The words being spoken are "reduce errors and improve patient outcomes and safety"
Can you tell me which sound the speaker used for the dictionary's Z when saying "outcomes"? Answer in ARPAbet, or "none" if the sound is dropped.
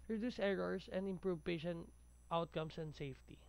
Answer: S